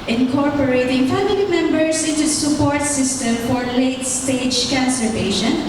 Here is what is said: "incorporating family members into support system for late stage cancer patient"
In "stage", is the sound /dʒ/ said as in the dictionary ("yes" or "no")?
yes